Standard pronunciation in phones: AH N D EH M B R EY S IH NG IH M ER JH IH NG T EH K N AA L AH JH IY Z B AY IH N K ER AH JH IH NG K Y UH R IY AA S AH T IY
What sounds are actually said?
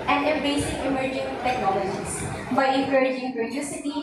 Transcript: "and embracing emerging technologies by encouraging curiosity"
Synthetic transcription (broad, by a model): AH N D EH B EY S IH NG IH M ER JH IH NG T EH K N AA L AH JH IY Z B AY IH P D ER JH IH NG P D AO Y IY S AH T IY